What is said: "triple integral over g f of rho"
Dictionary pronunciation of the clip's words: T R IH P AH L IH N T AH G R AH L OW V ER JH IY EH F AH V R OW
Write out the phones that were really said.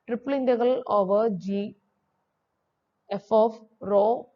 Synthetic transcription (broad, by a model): T R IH P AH L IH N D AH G AH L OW V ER JH IY EH F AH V R OW